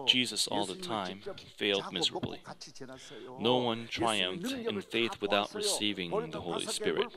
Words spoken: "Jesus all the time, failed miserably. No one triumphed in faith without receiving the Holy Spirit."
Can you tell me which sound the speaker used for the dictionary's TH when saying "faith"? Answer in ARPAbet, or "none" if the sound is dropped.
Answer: TH